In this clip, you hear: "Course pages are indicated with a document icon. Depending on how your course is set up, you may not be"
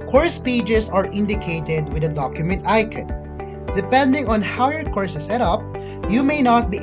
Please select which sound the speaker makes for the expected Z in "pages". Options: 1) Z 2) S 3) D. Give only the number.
2